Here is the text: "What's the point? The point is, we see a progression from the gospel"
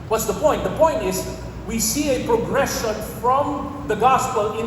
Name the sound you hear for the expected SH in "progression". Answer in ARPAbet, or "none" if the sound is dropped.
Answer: SH